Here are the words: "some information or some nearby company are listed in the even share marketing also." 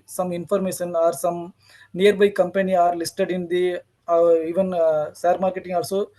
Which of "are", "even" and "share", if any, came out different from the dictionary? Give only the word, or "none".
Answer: share